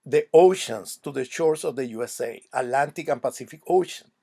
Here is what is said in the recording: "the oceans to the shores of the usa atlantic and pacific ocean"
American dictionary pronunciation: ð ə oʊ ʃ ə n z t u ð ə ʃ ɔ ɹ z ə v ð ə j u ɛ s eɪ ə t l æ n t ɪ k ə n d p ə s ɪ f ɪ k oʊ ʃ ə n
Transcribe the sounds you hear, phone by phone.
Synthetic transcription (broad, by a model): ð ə oʊ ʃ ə n s t u ð ə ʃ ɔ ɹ s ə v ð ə j u ɛ s eɪ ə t l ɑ n t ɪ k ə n p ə s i f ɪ k oʊ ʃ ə n